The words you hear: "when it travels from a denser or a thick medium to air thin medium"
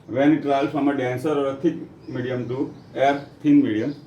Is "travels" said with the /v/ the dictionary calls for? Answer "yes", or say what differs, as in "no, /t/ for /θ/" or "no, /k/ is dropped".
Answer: no, /v/ is dropped